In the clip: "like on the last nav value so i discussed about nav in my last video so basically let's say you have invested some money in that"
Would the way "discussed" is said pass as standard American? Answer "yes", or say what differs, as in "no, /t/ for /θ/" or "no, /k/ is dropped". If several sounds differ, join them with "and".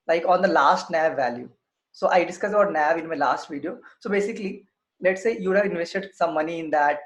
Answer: no, /t/ is dropped